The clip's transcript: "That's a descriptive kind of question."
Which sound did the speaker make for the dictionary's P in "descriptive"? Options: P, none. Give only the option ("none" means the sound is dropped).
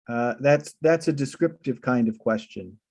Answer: P